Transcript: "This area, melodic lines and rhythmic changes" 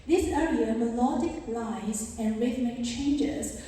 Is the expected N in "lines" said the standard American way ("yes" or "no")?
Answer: no